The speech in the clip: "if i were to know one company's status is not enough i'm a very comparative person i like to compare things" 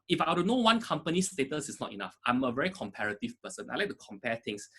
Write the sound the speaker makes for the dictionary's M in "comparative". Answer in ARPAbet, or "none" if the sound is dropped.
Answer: M